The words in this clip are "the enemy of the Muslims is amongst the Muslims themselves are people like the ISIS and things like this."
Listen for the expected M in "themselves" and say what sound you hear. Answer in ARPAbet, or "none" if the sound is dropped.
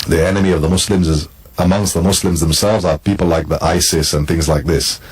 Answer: M